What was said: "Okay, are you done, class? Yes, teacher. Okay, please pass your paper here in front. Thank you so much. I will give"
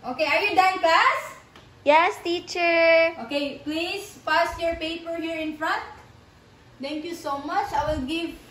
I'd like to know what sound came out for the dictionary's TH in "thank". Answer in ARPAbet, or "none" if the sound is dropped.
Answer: T